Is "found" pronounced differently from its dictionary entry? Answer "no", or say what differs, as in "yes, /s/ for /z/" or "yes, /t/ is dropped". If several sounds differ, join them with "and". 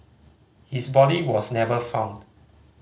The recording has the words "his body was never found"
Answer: no